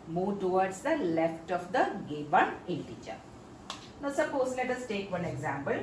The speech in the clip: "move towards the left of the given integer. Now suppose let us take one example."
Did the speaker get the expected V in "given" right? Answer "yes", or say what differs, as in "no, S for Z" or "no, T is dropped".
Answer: no, B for V